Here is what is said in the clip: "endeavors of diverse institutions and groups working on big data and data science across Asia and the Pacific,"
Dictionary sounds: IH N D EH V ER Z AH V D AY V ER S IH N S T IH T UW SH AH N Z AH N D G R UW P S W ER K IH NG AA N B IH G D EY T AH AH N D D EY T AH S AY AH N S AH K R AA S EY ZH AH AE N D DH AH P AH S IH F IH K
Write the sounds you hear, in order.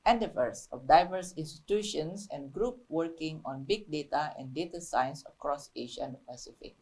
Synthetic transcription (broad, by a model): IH N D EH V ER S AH F D AY V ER S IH N S T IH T UW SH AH N S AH N G R UW P W ER K IH NG AA N B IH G D EY T AH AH N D D EY T AH S AY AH N S AH K R AA S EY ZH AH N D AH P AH S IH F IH K